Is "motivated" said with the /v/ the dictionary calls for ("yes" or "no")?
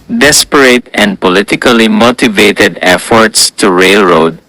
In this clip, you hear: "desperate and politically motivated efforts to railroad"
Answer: yes